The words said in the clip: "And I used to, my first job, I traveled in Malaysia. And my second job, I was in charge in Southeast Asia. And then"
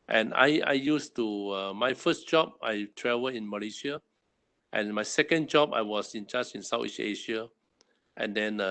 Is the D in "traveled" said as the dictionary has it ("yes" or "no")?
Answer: no